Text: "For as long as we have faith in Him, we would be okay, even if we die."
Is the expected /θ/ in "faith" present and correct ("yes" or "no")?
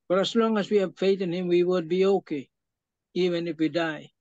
no